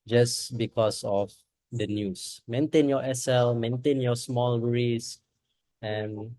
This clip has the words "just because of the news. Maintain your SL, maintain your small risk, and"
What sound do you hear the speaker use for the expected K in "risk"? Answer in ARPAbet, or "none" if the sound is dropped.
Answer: none